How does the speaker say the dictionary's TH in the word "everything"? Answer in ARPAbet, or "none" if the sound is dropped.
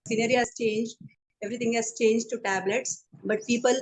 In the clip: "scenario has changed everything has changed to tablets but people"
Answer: T